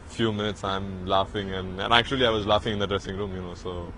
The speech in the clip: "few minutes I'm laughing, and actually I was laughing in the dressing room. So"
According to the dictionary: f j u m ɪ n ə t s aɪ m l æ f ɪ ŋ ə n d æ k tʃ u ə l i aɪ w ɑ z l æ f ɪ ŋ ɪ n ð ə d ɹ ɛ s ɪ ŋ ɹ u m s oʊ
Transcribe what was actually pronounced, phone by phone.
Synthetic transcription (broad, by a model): f j u m ɪ n ə t s aɪ m l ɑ f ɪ ŋ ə n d æ k tʃ u ə l i aɪ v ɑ z l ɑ f ɪ ŋ ɪ n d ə d ɹ ɛ s ɪ ŋ ɹ u m s oʊ